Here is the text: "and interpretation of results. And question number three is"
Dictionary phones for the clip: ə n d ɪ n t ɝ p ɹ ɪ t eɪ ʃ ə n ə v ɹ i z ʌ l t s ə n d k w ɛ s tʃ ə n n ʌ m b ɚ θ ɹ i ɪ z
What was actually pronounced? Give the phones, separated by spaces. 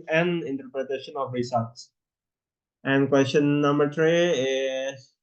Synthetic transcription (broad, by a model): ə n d ɪ n t ɝ p ɹ ɪ t eɪ ʃ ə n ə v ɹ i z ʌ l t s ə n d k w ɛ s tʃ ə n n ʌ m b ɚ t ɹ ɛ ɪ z